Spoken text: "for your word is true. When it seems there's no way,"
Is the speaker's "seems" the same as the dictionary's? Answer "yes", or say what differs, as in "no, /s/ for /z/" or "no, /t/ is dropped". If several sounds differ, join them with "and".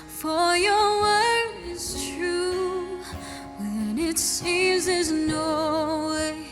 yes